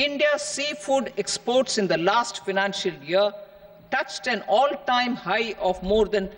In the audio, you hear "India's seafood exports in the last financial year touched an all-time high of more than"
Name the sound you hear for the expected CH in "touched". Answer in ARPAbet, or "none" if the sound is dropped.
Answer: CH